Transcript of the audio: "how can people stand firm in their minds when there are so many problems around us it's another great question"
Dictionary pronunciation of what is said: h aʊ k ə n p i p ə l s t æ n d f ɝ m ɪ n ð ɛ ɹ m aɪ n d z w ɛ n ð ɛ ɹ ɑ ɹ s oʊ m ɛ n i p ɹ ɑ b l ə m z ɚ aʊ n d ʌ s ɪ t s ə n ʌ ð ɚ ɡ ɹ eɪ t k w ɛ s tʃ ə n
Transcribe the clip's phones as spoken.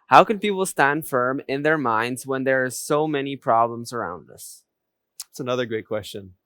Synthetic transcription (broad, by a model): h aʊ k ə n p i p l s t æ n d f ɝ m ɪ n ð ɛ ɹ m aɪ n d z w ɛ n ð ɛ ɹ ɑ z s oʊ m ɛ n i p ɹ ɑ b l ə m z ɚ aʊ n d ʌ s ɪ t s ə n ʌ ð ɚ ɡ ɹ eɪ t k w ɛ s tʃ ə n